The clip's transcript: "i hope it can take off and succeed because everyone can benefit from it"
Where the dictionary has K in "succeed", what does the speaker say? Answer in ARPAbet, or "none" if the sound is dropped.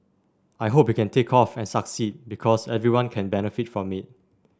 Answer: K